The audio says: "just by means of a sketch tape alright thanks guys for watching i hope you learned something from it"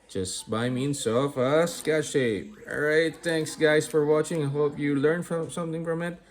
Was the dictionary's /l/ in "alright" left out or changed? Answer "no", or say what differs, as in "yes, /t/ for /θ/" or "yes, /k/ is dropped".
yes, /l/ is dropped